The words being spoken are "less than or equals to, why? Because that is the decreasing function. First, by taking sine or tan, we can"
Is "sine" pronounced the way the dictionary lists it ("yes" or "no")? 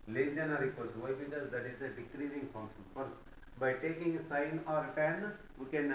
yes